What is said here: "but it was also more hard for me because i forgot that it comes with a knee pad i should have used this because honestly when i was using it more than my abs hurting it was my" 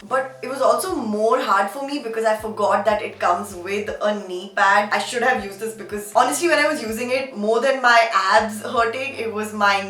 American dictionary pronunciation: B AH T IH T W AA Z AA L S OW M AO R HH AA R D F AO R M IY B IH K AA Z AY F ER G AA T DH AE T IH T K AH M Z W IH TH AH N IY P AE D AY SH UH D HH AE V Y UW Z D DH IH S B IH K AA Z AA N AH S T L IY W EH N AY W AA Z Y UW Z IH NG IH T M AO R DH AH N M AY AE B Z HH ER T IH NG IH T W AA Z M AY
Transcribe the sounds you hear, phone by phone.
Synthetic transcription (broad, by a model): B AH T IH T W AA Z AA L S OW M AO R HH AA R D F AO R M IY B IH K AA Z AY F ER G AA T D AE T IH T K AH M Z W IH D AH N IY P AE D AY SH UH D HH AE V Y UW Z D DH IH S B IH K AA Z AA N AH S T L IY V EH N AY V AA Z Y UW Z IH NG IH T M AO R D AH N M AY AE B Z HH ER T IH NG IH T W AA Z M AY